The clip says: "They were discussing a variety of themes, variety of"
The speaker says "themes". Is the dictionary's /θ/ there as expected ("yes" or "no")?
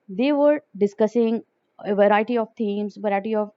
no